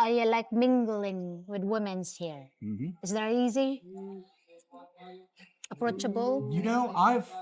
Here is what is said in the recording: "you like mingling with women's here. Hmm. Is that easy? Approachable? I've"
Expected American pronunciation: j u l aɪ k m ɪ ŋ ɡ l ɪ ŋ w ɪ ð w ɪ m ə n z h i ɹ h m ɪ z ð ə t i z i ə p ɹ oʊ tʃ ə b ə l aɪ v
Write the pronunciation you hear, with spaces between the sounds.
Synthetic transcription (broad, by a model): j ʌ l aɪ k m ɪ ŋ ɡ l ɪ ŋ w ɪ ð w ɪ m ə n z h i ɹ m ɪ z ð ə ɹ i z i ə p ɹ oʊ tʃ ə b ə n aɪ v